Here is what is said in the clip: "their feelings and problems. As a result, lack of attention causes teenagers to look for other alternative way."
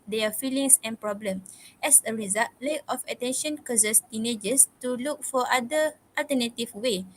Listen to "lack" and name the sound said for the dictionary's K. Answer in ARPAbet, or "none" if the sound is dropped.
none